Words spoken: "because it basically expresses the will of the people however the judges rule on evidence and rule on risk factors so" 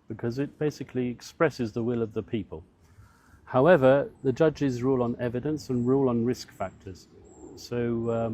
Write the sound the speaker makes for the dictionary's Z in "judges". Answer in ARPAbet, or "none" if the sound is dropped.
Z